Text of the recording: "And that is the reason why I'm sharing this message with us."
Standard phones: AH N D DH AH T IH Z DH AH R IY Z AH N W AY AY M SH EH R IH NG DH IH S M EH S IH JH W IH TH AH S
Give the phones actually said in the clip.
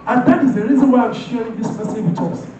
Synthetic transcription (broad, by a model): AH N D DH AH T IH Z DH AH R IY Z AH N W AY AY M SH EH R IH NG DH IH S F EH S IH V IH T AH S